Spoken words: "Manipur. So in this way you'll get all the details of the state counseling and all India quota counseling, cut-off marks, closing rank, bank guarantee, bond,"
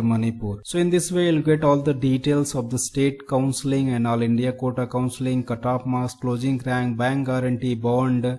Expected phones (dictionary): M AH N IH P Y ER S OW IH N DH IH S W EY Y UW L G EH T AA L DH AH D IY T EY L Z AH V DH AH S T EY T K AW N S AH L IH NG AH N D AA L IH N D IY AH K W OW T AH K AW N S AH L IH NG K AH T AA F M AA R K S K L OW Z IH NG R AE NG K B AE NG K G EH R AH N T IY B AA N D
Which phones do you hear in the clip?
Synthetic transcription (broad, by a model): M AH N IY P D S OW IH N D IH S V EY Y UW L G EH T AA L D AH D IY T EY L S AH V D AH S T EY T K AW N S AH L IH NG AH N D AA L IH N D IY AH K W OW T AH K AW N S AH L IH NG K AH T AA P M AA S K L OW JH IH NG R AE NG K B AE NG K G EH R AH N T IY B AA N D